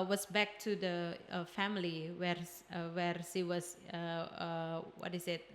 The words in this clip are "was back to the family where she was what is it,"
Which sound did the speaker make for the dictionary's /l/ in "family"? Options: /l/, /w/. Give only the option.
/w/